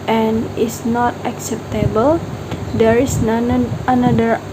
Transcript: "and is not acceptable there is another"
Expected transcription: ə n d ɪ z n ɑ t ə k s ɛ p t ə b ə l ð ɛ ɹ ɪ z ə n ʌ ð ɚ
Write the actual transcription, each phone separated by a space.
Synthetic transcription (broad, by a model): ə n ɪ s n ɑ t ə k s ɛ p t ə b ə l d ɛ ɹ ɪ s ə n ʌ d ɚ